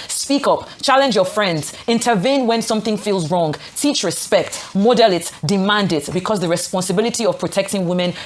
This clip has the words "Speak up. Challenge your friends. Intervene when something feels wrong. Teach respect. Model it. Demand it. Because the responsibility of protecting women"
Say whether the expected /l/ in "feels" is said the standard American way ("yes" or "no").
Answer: yes